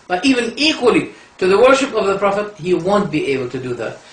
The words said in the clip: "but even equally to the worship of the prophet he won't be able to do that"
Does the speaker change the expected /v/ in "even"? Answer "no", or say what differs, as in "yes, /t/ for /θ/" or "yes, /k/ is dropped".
no